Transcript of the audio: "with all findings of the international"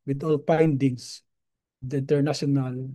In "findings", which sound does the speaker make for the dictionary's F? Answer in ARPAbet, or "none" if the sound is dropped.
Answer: P